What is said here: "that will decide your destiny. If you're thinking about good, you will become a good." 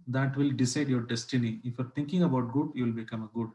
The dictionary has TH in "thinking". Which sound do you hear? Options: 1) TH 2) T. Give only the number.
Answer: 2